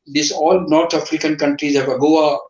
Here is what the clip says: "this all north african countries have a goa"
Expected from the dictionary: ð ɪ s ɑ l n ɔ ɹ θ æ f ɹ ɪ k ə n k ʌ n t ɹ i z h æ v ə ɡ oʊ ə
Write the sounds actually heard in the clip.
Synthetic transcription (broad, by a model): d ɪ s ɑ l n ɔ ɹ t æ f ɹ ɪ k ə n k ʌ n t ɹ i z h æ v ə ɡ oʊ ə